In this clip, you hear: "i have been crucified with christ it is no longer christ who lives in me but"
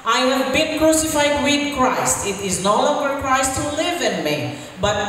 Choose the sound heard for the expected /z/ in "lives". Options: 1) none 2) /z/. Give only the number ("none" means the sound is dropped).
1